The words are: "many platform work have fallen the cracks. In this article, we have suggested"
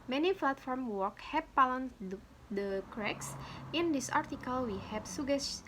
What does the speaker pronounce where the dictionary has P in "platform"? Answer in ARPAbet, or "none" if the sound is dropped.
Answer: F